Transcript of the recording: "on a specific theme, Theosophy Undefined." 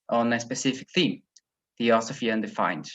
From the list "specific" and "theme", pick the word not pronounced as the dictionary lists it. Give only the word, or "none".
none